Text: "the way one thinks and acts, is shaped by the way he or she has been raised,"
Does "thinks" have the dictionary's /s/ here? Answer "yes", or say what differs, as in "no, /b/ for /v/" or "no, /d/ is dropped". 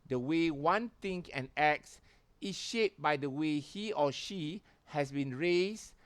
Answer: no, /s/ is dropped